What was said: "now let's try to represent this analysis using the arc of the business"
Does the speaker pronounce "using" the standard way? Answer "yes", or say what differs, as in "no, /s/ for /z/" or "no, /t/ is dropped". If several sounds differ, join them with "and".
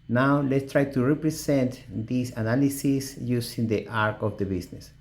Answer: no, /s/ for /z/